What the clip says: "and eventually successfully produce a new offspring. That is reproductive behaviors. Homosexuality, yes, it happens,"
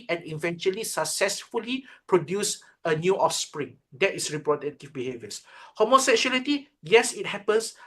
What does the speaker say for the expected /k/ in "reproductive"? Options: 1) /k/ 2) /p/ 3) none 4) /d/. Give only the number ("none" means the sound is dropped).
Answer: 3